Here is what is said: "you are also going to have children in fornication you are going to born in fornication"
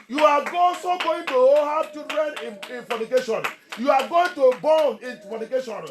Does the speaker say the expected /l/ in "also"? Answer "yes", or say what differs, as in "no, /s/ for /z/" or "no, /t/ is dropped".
no, /l/ is dropped